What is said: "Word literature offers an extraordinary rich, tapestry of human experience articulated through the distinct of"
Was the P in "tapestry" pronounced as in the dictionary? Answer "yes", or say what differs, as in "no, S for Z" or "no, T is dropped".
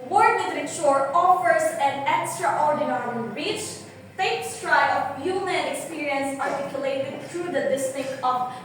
no, P is dropped